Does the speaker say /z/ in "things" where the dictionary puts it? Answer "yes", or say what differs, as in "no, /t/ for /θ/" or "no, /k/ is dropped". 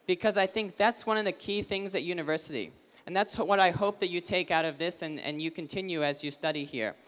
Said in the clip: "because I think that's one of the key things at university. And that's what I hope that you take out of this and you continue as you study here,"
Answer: yes